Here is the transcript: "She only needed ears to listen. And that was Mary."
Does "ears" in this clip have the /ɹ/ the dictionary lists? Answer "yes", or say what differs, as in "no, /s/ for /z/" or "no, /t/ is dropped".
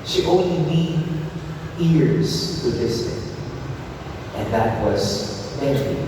yes